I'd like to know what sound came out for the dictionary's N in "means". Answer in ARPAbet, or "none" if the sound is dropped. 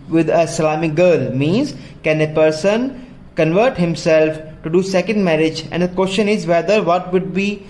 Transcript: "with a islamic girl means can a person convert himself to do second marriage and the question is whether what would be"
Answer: N